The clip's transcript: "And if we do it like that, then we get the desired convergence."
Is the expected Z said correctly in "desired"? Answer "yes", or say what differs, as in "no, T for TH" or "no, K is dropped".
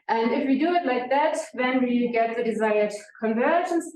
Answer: yes